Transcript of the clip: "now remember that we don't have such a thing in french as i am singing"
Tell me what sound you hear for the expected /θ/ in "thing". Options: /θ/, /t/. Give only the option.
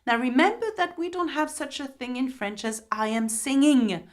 /θ/